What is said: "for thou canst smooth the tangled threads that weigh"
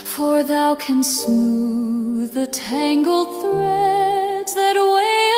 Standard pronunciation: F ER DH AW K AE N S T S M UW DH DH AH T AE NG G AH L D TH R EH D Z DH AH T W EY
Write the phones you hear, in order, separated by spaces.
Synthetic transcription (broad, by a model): F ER DH AW K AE N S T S M UW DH DH AH T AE NG G L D TH R EH D Z DH AH T W EY